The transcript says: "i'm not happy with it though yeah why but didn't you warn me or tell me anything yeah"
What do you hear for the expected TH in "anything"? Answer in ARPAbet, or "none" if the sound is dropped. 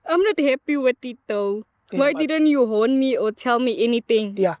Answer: T